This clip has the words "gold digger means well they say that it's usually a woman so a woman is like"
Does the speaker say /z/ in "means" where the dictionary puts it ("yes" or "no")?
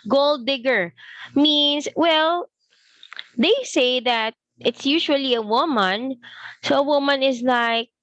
no